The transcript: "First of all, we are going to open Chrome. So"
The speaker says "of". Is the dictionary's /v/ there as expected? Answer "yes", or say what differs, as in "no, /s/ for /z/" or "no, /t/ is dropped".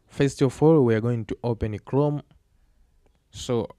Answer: no, /f/ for /v/